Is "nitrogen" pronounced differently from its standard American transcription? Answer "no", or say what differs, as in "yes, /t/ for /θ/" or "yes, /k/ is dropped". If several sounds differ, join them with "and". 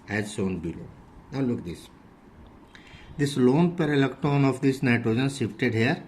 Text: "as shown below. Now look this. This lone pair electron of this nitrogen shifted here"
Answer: no